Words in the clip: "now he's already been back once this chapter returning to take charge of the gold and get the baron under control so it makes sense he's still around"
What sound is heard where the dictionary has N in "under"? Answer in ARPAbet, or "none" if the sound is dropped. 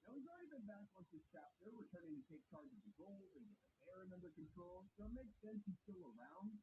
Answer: N